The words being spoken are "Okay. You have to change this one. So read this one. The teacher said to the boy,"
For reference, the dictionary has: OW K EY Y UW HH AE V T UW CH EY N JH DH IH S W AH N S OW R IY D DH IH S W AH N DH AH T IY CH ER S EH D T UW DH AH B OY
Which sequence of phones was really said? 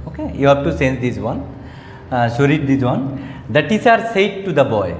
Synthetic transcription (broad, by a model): OW K EY Y UW HH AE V T UW S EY N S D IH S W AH N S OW R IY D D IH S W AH N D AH T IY S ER S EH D T UW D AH B OY